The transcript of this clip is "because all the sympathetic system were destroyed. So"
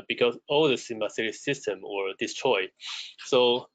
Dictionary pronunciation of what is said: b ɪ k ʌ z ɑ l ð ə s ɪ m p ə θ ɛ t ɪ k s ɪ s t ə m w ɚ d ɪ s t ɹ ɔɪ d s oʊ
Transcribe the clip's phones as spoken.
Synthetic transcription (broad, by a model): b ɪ k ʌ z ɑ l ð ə s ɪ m ə s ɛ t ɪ s ɪ s t ə m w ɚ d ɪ s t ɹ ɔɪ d s oʊ